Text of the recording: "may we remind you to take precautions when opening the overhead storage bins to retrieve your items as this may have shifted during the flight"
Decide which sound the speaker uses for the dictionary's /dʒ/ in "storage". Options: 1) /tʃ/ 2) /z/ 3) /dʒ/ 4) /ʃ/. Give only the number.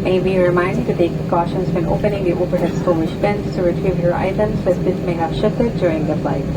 4